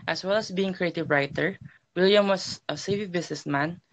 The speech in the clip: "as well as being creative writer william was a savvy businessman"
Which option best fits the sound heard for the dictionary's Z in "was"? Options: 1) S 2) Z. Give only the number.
1